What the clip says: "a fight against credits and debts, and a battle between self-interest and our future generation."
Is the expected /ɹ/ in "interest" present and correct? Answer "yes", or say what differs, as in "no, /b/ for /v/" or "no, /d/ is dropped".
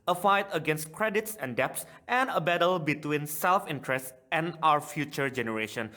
yes